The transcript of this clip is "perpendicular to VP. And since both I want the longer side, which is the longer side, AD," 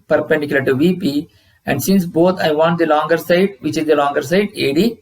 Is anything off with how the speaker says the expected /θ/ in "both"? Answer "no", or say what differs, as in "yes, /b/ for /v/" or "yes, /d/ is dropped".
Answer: yes, /t/ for /θ/